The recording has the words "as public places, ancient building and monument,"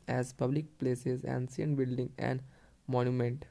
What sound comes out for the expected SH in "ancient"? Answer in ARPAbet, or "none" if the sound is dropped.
S